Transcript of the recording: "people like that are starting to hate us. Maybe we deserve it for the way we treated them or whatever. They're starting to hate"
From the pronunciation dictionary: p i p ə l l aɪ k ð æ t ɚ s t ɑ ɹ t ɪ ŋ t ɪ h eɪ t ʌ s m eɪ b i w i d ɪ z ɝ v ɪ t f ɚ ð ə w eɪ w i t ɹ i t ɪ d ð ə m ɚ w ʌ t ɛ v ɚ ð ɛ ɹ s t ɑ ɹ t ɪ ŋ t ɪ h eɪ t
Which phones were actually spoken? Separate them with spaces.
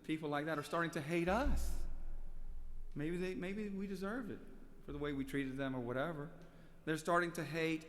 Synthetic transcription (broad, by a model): p i p l l aɪ k ð æ t ɚ s t ɑ ɹ t ɪ ŋ t ɪ h eɪ t ʌ s m eɪ b i w i d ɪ z ɝ v ɪ t f ɚ ð ə w eɪ w i t ɹ i t ɪ d ð ə m ɚ w ʌ t ɛ v ɚ ð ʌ ɹ s t ɑ ɹ t ɪ ŋ t ɪ h eɪ t